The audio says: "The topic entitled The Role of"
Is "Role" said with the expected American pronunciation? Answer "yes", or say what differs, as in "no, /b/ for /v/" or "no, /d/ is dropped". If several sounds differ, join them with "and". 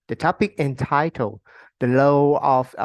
no, /l/ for /ɹ/